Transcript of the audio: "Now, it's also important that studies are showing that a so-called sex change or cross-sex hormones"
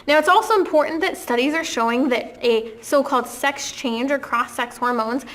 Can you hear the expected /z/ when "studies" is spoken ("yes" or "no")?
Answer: yes